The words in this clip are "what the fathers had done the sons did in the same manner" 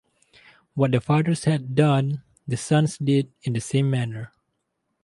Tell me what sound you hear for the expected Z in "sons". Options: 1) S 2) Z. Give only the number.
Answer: 1